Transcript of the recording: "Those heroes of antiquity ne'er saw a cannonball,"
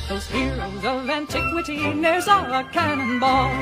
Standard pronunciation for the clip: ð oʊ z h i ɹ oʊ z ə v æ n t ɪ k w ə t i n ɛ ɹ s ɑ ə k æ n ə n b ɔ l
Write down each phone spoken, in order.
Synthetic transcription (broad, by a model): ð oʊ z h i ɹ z ə v æ n t ɪ k w ə t i n ɛ ɹ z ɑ ə k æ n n b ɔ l